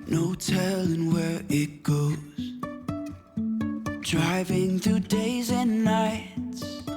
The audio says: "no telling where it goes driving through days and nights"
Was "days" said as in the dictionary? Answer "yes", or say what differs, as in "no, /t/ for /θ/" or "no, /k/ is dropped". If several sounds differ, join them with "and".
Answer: yes